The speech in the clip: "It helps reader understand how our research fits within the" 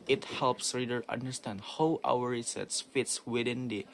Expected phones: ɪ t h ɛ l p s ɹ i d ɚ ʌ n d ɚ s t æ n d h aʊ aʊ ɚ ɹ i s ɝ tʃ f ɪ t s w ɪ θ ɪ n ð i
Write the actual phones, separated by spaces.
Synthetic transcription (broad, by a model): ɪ t h ɛ l p s ɹ i d ɚ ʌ n d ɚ s t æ n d h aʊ aʊ ɚ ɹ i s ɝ s f ɪ t s w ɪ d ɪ n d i